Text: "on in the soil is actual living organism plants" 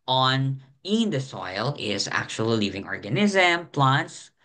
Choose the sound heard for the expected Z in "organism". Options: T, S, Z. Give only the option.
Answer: Z